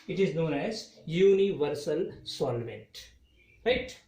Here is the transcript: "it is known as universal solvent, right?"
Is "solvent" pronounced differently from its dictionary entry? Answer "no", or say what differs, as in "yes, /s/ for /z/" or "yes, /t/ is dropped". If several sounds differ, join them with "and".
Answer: no